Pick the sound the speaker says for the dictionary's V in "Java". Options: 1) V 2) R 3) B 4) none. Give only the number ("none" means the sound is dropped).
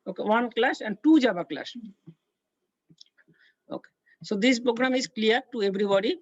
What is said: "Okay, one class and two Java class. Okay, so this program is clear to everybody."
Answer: 3